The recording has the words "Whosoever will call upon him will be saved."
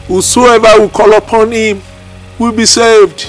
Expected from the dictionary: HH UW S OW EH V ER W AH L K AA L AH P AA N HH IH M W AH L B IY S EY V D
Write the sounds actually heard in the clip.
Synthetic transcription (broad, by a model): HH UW S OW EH V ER W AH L K AA L AH P AA N HH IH M W AH L B IY S EY V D